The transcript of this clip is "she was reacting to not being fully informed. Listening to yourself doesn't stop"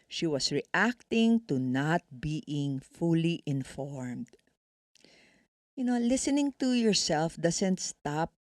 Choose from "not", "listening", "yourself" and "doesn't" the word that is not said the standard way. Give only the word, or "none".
doesn't